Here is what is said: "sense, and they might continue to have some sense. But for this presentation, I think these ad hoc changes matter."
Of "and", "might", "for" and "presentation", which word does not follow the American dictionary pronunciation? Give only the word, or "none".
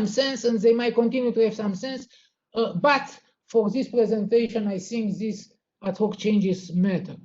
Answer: none